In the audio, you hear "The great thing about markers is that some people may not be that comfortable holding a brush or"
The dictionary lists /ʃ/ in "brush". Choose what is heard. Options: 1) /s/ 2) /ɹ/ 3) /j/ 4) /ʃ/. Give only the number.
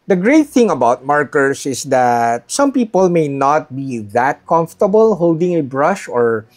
4